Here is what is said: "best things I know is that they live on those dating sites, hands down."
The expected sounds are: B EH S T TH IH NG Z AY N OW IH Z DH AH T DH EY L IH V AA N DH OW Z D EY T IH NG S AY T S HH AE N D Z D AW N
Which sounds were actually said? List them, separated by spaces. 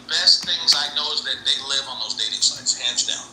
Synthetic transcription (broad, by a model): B EH S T TH IH NG Z AY N OW IH Z DH AH T DH EY L IH V N DH OW Z D EY T IH NG S AY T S HH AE N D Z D AW N